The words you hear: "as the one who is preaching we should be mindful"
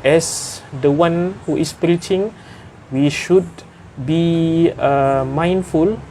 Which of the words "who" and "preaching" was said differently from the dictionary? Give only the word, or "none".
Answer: none